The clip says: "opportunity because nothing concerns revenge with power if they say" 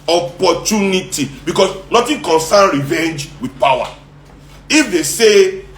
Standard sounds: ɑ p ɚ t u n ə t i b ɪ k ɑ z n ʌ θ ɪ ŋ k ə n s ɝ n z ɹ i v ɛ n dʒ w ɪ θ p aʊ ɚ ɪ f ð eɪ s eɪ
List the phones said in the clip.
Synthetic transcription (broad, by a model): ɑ p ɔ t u n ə t i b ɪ k ɑ s n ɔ t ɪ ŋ k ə n s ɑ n ɹ i v ɛ n dʒ w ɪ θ p aʊ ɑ ɪ f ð eɪ s eɪ